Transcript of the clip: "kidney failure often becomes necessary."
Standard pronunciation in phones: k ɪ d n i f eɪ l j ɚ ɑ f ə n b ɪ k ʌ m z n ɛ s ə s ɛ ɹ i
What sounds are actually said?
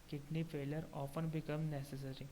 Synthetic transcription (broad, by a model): k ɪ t n i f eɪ l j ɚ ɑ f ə n b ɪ k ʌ m n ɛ s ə s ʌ ɹ i